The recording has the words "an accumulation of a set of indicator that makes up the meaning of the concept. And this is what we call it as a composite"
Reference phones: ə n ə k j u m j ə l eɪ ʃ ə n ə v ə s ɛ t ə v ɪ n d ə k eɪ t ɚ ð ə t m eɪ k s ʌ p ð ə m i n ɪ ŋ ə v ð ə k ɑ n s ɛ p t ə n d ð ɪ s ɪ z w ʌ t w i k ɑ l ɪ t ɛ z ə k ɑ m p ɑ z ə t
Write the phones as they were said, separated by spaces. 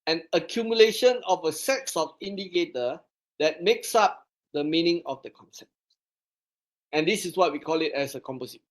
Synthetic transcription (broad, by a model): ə n ə k j u m j ə l eɪ ʃ ə n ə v ə s ɛ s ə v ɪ n d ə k eɪ t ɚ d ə t m eɪ k s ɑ p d ə m i n ɪ ŋ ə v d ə k ɑ n s ɛ p t ə n d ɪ s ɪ s w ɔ t w i k ɑ l ɪ t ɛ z ə k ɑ m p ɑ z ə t